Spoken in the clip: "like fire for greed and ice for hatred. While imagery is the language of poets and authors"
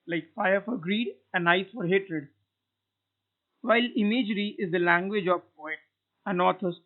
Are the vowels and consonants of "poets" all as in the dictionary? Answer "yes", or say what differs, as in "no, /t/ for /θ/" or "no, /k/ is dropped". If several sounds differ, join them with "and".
no, /s/ is dropped